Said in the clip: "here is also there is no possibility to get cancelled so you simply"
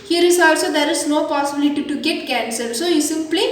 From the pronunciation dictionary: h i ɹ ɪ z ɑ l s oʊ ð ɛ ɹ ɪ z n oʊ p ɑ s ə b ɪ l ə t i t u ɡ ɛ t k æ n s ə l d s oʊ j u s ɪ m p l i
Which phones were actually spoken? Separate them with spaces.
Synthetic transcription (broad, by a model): h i ɹ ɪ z ɑ l s oʊ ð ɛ ɹ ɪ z n oʊ p ɑ s ə b ɪ l ə t i t u ɡ ɛ t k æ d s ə d s oʊ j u s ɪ m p l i